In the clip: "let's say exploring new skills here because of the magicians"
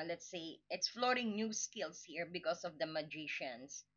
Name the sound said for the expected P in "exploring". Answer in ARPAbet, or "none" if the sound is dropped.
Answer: F